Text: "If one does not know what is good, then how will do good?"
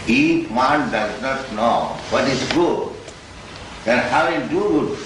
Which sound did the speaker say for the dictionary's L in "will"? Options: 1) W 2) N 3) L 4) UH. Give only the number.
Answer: 2